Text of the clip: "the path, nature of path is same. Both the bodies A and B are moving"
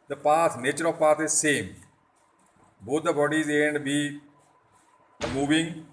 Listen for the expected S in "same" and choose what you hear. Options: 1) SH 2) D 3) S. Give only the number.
3